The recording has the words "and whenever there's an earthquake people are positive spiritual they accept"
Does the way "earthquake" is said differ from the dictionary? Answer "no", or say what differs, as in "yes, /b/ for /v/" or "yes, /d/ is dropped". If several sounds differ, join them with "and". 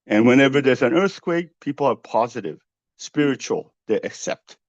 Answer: no